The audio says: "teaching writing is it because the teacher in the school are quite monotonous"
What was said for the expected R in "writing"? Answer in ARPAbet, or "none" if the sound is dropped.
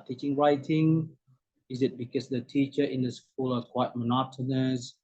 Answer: R